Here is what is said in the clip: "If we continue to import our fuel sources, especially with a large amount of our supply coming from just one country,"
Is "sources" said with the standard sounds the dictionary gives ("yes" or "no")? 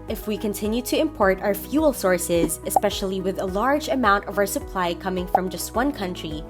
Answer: yes